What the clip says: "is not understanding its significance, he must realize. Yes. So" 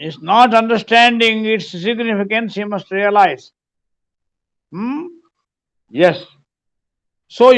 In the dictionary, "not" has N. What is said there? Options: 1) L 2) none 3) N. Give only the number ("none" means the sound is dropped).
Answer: 3